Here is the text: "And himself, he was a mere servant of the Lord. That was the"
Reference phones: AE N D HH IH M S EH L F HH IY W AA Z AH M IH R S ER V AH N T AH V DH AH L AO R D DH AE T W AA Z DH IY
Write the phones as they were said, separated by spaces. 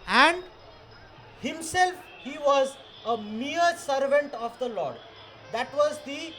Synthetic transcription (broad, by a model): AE N D HH IH M S EH L F HH IY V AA Z AH M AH R S ER V AH N T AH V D AH L AO R D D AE T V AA Z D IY